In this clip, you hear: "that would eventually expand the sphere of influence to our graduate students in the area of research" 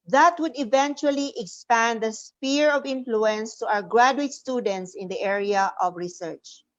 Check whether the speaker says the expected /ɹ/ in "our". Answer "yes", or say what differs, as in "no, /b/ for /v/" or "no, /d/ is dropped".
no, /w/ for /ɹ/